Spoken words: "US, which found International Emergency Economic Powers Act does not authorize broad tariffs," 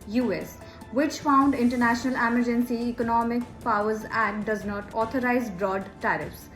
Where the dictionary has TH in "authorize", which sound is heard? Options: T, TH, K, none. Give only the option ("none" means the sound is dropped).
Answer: T